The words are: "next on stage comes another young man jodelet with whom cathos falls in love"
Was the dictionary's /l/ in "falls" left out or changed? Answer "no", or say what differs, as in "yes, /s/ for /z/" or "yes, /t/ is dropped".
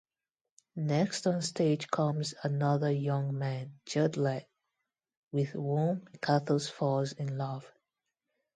yes, /l/ is dropped